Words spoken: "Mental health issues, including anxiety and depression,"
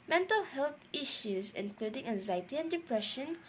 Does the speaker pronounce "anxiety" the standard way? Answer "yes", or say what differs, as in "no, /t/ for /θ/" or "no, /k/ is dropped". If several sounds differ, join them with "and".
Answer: yes